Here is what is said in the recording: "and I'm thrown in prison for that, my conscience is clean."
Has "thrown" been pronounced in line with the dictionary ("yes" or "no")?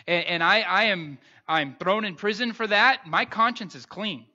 yes